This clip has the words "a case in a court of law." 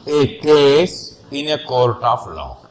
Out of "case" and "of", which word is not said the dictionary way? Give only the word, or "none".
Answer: of